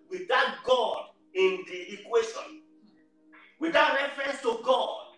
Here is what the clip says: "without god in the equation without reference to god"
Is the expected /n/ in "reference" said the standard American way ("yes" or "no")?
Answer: yes